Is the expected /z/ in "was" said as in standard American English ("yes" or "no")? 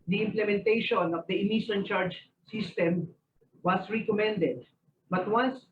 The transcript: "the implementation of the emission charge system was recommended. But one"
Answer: no